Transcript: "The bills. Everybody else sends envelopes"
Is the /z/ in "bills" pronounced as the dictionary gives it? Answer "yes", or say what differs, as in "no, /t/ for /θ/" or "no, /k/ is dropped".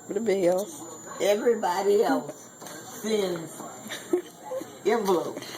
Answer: no, /s/ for /z/